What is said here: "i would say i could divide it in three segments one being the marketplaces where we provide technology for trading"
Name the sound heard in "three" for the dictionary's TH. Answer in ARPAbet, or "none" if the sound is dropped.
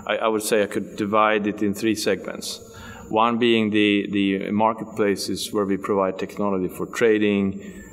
TH